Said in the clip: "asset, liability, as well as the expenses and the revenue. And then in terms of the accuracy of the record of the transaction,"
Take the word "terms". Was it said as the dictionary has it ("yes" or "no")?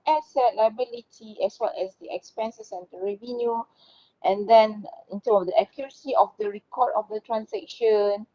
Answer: no